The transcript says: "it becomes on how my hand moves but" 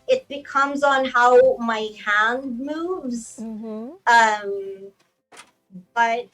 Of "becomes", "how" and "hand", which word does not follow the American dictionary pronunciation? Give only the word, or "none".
none